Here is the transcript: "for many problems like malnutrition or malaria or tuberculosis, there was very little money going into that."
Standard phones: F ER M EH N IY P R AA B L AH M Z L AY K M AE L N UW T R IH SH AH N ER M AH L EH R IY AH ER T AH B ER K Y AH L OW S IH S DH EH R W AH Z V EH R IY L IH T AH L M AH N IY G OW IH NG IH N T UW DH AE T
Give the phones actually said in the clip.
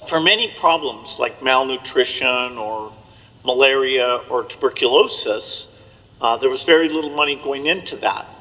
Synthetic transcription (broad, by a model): F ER M EH N IY P R AA B L AH M Z L AY K M AE L N UW T R IH SH AH N ER M AH L EH R IY AH ER T AH B ER K Y AH L OW S IH S DH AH R W AH Z V EH R IY L IH T L M AH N IY G OW IH NG IH N T UW DH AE T